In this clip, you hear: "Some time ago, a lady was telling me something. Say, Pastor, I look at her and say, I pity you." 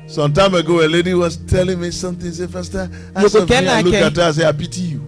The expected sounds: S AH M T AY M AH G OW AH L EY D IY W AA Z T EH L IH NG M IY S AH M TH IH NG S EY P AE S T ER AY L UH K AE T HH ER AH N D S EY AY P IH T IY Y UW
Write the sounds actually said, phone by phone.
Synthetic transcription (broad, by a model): S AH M T AY M AH G OW AH L EY D IY W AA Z T EH L IH NG M IY S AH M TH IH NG S EY F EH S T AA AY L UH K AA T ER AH S EY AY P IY T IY Y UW